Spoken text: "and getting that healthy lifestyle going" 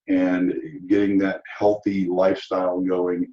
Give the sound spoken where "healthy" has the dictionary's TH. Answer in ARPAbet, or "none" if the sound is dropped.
TH